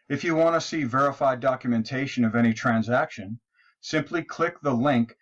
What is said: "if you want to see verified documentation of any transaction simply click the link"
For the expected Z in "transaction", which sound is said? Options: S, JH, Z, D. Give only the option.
Z